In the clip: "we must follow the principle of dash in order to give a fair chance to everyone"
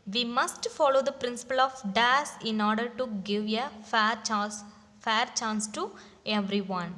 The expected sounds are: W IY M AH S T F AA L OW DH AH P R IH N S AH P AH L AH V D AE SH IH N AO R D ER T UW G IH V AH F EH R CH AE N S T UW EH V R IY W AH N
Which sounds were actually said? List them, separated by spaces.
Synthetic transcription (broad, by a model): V IY M AH S T F AA L OW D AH P R IH N S AH P AH L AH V D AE S IH N AO R D ER T UW G IH V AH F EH R CH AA N S T UW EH V R IY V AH N